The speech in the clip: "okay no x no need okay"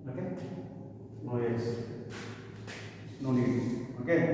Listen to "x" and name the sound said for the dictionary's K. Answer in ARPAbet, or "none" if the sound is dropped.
none